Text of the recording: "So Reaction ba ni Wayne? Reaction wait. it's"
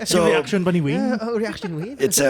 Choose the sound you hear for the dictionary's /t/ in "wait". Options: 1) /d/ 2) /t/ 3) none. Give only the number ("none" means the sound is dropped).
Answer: 3